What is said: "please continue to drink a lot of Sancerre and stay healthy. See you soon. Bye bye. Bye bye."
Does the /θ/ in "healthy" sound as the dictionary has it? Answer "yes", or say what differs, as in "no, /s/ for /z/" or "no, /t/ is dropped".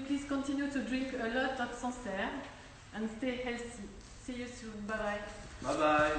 no, /s/ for /θ/